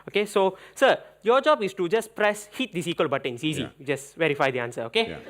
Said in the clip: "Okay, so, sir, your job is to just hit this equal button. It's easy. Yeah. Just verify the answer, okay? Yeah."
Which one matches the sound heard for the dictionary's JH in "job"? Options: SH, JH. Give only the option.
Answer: JH